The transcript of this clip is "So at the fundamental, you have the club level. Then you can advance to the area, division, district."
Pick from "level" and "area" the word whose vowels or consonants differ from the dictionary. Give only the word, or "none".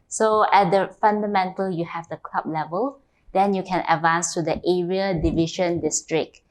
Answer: none